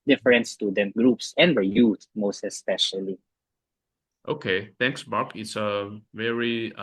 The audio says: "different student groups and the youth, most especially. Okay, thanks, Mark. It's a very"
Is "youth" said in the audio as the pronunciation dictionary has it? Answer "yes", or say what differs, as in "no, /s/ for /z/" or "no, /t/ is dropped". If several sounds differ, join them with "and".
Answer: no, /t/ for /θ/